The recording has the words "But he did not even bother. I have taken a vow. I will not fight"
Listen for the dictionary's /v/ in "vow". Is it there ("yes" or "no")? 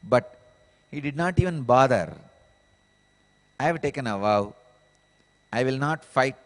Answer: yes